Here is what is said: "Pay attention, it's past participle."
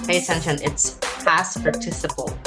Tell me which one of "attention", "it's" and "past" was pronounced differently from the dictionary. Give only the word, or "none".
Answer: past